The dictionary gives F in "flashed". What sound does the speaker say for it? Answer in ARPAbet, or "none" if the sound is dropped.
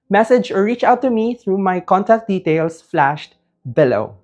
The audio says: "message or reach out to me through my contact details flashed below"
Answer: F